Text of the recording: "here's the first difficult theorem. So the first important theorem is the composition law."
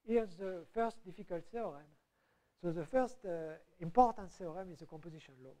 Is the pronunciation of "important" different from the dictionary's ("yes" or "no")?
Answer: no